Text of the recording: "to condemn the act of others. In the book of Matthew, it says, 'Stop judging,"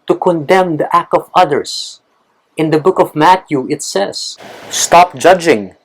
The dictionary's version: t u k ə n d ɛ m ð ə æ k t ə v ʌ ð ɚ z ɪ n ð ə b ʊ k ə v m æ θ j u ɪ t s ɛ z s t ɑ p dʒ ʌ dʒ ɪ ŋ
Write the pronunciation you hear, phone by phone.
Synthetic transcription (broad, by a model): t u k ə n d ɛ m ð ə æ k t ə v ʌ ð ɚ s ɪ n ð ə b ʊ k ə v m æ t j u ɪ t s ɛ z s t ɑ p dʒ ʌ dʒ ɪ ŋ